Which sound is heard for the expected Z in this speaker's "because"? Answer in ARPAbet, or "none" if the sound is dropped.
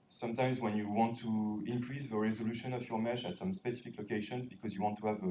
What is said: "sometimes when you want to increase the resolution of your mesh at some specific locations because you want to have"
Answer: Z